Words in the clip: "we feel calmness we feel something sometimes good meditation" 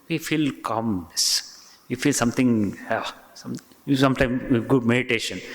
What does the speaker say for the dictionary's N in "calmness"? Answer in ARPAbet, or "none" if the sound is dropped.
none